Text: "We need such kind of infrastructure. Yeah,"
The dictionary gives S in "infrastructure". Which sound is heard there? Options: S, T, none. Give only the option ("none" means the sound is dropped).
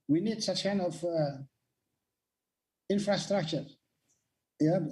S